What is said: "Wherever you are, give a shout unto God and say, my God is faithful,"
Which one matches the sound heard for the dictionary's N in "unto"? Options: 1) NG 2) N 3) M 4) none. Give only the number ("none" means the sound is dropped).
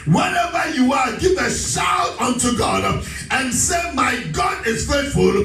2